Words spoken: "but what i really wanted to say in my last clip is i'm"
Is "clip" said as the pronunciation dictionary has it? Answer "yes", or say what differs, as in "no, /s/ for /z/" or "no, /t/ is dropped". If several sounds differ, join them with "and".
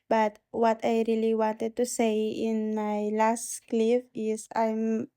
no, /f/ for /p/